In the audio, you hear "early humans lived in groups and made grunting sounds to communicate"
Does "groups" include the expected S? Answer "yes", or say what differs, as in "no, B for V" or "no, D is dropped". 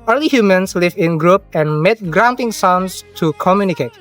no, S is dropped